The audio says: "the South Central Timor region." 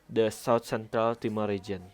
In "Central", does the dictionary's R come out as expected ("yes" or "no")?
yes